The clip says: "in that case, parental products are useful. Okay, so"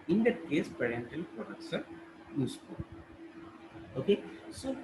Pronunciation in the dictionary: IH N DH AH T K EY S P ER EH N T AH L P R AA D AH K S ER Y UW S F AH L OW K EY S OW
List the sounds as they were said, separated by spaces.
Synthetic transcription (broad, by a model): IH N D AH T K EY S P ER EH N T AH L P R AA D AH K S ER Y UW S P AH OW K EY S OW